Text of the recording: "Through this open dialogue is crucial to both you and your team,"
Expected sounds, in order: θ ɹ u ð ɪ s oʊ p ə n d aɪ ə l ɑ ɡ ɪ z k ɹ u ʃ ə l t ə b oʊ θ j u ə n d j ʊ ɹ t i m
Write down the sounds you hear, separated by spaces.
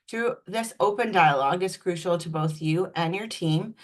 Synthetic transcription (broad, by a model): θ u ð ɪ s oʊ p ə n d aɪ ə l ɑ ɡ ɪ z k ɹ u ʃ l t ə b oʊ θ j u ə n j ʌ ɹ t i m